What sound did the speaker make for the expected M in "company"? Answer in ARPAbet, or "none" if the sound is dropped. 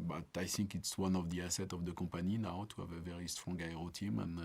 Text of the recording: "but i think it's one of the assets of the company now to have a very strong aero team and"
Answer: none